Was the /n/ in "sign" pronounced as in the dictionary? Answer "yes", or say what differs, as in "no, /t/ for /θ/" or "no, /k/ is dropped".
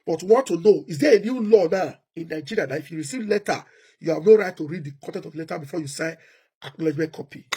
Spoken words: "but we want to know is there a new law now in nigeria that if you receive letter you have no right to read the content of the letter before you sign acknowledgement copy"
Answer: no, /n/ is dropped